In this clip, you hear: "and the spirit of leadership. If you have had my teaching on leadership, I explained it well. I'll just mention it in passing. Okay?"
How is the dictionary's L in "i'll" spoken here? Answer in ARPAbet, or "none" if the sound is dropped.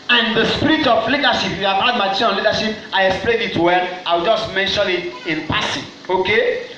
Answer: W